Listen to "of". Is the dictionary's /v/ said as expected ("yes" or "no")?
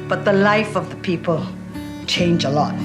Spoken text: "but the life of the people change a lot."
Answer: yes